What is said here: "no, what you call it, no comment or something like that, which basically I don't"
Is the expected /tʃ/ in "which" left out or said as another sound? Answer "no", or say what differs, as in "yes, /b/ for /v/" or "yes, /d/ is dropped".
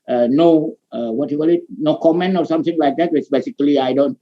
yes, /s/ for /tʃ/